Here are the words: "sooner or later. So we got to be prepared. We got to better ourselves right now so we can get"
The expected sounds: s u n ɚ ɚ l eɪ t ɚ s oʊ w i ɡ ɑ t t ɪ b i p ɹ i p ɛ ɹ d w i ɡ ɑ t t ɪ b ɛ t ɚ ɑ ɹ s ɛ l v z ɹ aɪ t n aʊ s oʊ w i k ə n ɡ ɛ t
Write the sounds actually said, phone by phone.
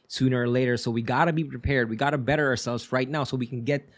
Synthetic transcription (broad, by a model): s u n ɚ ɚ l eɪ t ɚ s oʊ w i ɡ ɑ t t ɪ b i p ɹ i p ɛ ɹ d w i ɡ ɑ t t ɪ b ɛ t ɚ ɑ ɹ s ɛ l v z ɹ aɪ t n aʊ s oʊ w i k n ɡ ɛ t